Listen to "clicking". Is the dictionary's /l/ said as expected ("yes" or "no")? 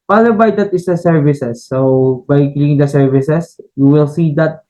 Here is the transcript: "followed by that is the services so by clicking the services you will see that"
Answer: no